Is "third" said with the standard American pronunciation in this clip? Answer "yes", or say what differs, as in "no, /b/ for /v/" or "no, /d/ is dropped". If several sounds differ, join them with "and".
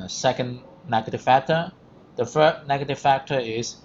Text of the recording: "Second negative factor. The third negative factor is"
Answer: no, /f/ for /θ/